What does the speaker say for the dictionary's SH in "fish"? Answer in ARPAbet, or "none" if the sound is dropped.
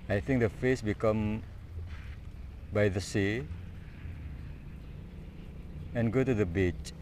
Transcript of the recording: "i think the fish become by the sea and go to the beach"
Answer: S